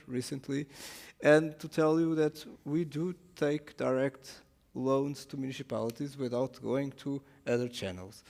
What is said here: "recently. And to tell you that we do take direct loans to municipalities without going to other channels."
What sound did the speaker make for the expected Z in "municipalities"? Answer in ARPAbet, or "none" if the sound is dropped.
Z